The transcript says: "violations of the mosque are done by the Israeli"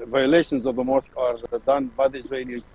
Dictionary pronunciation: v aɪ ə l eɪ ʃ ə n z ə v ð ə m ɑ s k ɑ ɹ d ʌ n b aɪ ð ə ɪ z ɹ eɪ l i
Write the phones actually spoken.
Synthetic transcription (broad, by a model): v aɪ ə l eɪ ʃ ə n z ə v ð ə m ɑ s k ɑ ɹ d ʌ n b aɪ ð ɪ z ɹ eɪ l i